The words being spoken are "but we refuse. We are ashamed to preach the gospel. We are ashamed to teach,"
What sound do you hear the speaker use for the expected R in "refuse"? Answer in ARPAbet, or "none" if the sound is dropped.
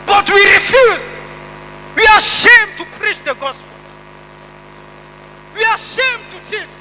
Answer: R